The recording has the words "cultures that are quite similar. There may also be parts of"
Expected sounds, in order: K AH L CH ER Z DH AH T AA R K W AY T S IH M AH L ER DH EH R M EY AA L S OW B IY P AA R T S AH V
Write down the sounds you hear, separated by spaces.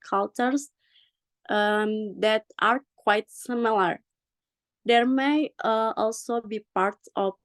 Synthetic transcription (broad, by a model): K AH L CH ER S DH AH T AA R K W AY T S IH M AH L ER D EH R M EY AA L S OW B IY P AA R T AH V